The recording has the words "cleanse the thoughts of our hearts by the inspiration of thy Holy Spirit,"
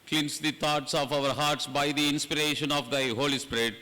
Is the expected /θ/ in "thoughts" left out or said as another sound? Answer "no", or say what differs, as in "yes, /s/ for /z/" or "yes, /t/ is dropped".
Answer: yes, /t/ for /θ/